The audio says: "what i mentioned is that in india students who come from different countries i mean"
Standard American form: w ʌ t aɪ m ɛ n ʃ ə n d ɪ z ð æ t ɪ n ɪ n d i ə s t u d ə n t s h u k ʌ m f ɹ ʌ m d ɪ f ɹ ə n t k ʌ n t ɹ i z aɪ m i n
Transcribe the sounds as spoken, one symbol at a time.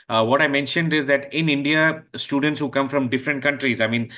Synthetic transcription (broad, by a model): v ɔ t aɪ m ɛ n ʃ ə n d ɪ z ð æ t ɪ n ɪ n d i ə s t u d ə n t s h u k ʌ m f ɹ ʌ m d ɪ f ɹ ə n t k ʌ n t ɹ i z aɪ m i n